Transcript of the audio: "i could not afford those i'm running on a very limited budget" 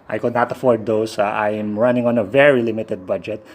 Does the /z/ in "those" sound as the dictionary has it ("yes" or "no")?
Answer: no